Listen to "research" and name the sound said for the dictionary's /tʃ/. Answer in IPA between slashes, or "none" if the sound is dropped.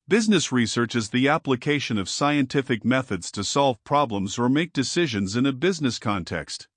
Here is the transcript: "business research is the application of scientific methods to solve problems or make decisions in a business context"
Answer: /tʃ/